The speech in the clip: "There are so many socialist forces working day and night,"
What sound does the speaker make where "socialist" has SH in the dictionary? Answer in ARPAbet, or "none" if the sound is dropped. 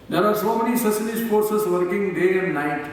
S